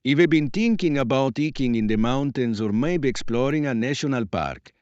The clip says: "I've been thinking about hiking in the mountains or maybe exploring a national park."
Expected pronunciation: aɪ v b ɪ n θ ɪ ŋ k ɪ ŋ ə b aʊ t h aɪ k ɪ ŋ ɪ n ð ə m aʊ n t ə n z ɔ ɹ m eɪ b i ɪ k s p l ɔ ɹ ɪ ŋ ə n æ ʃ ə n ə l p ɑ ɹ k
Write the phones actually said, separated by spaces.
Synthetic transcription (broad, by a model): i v b ɪ n t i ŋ k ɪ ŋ ə b aʊ t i k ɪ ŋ ɪ n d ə m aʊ n t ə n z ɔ ɹ m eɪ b ɪ k s p l ɔ ɹ ɪ ŋ ə n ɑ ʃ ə n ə l p ɑ ɹ k